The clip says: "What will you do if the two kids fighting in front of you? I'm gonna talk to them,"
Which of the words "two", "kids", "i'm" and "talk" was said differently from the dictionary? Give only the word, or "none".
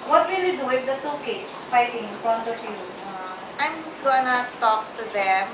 kids